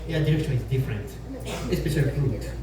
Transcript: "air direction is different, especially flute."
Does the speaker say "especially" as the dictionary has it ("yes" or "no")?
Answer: no